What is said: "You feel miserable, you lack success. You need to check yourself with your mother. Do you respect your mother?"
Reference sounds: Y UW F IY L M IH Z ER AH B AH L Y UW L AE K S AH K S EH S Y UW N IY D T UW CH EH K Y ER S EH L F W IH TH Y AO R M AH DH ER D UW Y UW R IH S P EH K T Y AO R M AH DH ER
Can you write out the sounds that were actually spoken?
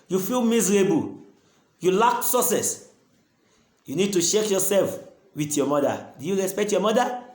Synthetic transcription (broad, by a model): Y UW F IY L M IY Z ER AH B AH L Y UW L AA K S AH S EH S Y UW N IY D T UW SH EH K Y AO S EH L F W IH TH Y AO M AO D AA D UW Y UW R IH S P EH K T Y AO M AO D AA